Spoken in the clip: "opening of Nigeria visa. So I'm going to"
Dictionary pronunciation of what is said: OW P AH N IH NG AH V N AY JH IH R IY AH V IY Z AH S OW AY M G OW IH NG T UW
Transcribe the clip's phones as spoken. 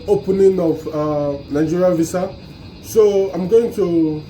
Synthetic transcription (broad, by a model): OW P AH N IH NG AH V N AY JH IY R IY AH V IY S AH S OW AY M G OW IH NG T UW